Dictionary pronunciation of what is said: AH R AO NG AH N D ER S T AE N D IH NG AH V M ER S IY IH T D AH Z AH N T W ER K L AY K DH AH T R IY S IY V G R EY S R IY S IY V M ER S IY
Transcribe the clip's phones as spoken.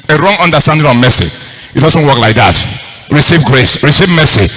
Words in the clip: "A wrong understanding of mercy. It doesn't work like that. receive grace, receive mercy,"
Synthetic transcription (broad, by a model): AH R AO NG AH N D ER S T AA N D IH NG AH V M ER S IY IH T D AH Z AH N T W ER K L AY K DH AH T R IY S IY V G R EY S R IY S IY V M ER S IY